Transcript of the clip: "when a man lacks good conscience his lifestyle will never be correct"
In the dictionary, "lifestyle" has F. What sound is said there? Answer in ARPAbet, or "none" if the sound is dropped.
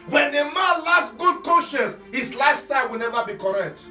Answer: none